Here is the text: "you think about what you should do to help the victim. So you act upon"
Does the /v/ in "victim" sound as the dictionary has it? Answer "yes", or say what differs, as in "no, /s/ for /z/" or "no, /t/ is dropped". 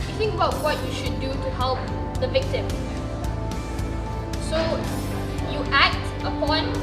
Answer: yes